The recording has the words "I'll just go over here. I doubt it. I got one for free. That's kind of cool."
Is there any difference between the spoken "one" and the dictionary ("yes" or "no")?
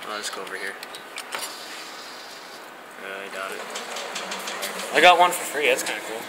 no